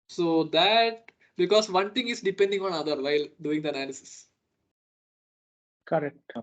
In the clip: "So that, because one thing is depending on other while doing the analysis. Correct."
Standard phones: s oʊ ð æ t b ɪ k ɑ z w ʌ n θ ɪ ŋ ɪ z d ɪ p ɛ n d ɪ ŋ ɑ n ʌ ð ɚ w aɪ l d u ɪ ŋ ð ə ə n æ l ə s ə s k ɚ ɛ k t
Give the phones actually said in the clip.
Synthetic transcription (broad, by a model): s oʊ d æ t b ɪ k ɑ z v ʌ n t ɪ ŋ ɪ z d ɪ p ɛ n d ɪ ŋ ɑ n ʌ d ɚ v aɪ l d u ɪ ŋ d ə ə n æ l ə s ə s k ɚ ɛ k t